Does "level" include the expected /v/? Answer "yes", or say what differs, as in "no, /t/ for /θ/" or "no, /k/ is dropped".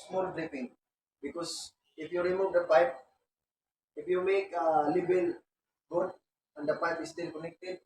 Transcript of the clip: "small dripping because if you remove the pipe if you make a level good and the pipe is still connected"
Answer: no, /b/ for /v/